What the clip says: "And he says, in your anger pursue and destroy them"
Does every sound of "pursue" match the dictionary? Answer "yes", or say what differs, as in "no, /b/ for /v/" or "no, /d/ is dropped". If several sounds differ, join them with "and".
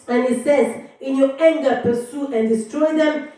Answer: yes